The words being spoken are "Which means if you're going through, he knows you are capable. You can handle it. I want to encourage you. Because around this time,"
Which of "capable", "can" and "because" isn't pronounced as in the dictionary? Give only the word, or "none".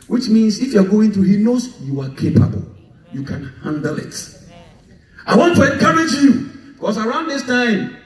because